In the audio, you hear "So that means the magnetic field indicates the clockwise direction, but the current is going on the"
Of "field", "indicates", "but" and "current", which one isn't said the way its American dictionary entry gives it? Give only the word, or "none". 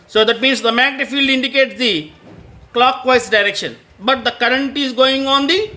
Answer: none